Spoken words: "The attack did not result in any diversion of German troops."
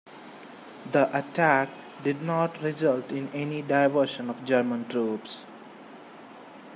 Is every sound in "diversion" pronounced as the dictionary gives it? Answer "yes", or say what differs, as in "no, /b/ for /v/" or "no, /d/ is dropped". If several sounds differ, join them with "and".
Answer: no, /ʃ/ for /ʒ/